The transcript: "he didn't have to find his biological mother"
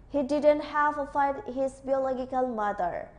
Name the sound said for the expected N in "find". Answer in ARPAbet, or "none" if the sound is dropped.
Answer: none